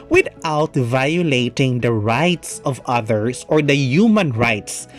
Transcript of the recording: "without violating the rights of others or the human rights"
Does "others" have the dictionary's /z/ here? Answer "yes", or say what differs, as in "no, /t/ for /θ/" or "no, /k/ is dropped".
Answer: no, /s/ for /z/